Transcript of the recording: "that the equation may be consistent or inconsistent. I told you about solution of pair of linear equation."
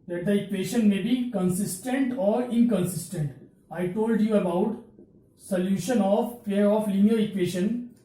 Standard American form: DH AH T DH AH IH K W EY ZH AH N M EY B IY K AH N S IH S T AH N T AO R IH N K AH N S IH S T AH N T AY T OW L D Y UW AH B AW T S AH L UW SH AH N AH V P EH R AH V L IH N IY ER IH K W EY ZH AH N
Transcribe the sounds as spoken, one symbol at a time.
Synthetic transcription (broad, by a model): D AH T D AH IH K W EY SH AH N M EY B IY K AH N S IH S T AH N T AO R IH N K AH N S IH S T AH N T AY T OW L D Y UW AH B AW T S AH L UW SH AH N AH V F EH R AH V L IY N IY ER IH K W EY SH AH N